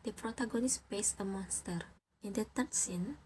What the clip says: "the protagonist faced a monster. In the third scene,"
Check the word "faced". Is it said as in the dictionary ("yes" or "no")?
no